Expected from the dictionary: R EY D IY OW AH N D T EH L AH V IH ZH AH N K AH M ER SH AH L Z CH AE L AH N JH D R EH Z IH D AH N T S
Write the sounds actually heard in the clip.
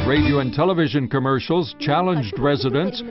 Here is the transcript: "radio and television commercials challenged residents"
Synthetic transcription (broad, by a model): R EY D IY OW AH N T EH L AH V IH ZH AH N K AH M ER SH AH L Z CH AE L AH N JH D R EH Z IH D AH N T S